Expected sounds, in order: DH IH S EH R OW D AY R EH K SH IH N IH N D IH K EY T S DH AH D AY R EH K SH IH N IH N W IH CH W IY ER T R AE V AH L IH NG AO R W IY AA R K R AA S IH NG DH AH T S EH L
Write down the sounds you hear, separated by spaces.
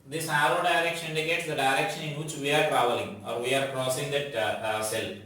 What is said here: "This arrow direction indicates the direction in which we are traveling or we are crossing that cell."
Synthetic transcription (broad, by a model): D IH S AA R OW D AY R EH K SH IH N IH N D IH K EY T S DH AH D AY R EH K SH IH N IH N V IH CH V IY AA T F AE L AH IH NG AO R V IY AA R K R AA S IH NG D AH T S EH L